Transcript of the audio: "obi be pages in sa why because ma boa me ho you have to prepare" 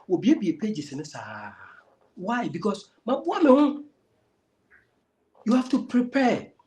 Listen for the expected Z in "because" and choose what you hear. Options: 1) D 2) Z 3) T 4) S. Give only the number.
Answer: 4